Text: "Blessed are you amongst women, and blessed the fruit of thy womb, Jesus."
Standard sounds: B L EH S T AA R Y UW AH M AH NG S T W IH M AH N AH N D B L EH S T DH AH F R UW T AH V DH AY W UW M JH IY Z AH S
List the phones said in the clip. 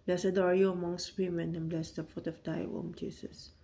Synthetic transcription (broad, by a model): B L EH S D AA R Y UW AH M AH NG S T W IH M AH N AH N B L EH S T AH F UW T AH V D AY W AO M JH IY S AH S